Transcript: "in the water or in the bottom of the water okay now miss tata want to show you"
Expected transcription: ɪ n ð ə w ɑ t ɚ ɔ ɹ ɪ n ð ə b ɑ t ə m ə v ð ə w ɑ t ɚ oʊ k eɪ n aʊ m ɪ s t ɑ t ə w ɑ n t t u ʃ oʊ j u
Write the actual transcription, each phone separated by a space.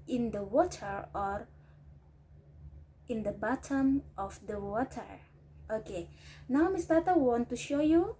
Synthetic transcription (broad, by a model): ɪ n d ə w ɑ t ɚ ɔ ɹ ɪ n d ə b ɑ t ə m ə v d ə w ɑ t ɚ oʊ k eɪ n aʊ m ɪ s t ɑ t ə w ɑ n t t u ʃ oʊ j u